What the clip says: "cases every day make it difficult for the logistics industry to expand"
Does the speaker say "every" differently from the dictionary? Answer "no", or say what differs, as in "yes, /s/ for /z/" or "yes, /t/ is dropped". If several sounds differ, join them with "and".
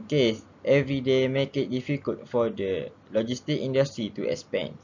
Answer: no